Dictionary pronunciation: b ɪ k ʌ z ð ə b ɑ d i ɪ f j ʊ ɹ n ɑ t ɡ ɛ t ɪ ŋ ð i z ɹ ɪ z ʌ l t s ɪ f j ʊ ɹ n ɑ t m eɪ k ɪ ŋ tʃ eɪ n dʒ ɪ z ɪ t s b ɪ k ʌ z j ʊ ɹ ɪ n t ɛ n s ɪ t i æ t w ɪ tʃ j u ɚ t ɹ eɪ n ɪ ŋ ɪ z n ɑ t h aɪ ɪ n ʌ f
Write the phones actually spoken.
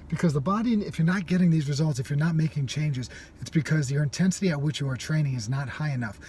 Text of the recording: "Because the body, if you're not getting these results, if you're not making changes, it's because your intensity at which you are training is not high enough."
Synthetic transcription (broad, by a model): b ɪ k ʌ z ð ə b ɑ d i ɪ f j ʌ ɹ n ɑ t ɡ ɛ t ɪ ŋ ð i z ɹ ɪ z ʌ l t s ɪ f j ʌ ɹ n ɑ t m eɪ k ɪ ŋ tʃ eɪ n dʒ ɪ z ɪ t s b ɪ k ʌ z j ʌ ɹ ɪ n t ɛ n s ɪ t i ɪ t w ɪ tʃ j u ɚ t ɹ eɪ n ɪ ŋ ɪ z n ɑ t h aɪ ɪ n ʌ f